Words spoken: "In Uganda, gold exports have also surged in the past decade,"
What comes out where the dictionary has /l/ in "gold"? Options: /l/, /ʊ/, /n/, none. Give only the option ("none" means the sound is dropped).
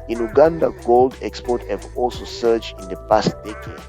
/l/